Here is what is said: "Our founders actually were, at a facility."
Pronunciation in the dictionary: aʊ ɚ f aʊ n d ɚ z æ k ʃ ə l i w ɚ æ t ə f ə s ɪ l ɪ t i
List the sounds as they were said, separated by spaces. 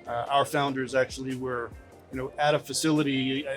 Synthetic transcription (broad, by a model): aʊ ɚ f aʊ n d ɚ z æ k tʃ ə l i w ɚ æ t ə f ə s ɪ l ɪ t i